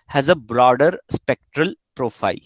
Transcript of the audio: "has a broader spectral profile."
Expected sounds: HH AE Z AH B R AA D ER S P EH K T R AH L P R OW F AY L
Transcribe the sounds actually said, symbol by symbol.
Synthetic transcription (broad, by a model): HH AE Z AH B R AA D ER S P EH K T R AH L P R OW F AY L